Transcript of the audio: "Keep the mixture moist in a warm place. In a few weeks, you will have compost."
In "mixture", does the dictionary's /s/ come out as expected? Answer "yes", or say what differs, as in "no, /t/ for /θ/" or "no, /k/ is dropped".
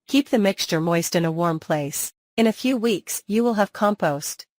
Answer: yes